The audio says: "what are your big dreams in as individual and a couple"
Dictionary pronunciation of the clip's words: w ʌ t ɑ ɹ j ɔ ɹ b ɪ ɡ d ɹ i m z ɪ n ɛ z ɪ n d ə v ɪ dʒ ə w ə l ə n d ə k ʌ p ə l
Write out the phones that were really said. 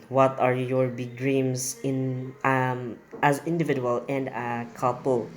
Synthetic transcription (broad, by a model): w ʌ t ɑ ɹ j ɔ ɹ b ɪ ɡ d ɹ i m s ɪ n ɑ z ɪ n d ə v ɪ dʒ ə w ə l ə n d ə k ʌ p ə l